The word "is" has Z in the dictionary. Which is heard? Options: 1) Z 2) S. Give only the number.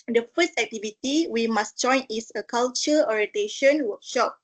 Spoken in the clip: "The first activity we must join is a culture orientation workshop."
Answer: 2